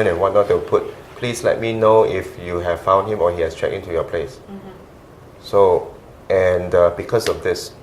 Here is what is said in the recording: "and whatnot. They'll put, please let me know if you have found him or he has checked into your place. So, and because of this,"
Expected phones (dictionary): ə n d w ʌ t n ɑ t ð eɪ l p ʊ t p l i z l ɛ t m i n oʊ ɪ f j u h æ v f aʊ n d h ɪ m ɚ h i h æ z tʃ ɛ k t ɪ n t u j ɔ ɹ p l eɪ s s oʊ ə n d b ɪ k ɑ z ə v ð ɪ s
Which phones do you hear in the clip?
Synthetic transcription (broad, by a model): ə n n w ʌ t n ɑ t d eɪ w p ʊ t p l i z l ɛ t m i n oʊ ɪ f j u h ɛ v f aʊ n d h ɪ m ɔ h i h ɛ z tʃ ɛ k ɪ n t u j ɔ p l eɪ s s oʊ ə n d b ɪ k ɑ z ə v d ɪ s